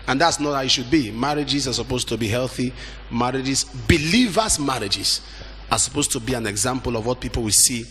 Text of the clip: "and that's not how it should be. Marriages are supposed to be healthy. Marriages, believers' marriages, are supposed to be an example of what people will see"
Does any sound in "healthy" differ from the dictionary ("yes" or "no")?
no